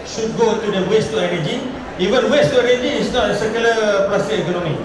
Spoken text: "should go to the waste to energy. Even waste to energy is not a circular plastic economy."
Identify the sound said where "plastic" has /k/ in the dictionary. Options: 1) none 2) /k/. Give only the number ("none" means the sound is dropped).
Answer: 1